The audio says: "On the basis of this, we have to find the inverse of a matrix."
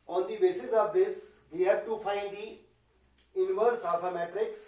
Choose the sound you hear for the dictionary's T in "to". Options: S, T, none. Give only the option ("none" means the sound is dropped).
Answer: T